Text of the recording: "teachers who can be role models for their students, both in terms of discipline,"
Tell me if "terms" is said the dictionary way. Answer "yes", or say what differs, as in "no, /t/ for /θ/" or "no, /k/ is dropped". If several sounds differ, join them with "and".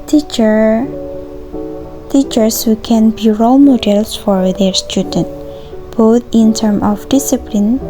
no, /z/ is dropped